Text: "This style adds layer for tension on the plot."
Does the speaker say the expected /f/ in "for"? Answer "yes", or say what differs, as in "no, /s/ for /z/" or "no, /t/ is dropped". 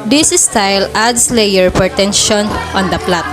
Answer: no, /p/ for /f/